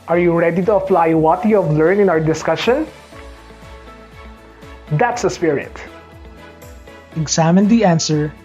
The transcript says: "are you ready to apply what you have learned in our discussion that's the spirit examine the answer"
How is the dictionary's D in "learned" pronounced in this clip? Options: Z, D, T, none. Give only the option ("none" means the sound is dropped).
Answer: none